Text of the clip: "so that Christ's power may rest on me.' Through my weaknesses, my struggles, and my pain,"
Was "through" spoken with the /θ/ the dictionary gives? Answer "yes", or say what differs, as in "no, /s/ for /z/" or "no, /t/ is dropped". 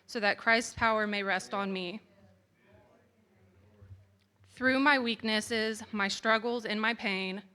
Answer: yes